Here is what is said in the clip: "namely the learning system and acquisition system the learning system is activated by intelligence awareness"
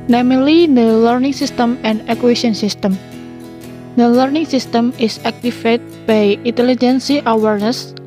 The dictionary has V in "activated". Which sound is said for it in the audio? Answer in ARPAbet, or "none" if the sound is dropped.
F